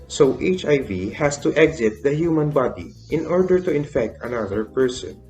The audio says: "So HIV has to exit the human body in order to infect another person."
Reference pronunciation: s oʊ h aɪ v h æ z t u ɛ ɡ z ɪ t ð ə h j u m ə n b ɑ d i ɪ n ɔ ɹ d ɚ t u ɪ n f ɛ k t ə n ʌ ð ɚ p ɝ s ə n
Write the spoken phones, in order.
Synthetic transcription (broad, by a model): s oʊ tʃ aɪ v h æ s t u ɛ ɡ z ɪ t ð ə h j u m ə n b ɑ d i ɪ n ɔ ɹ d ɚ t u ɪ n f ɛ k t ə n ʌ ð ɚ p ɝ s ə n